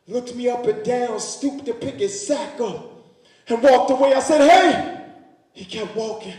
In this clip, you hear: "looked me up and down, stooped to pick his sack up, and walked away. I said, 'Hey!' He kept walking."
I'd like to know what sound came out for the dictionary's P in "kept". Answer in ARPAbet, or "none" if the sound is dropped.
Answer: P